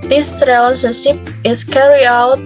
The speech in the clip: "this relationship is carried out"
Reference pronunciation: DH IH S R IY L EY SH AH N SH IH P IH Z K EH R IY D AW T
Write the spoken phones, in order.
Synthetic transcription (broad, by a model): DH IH S R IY L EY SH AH N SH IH P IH S K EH R IY AW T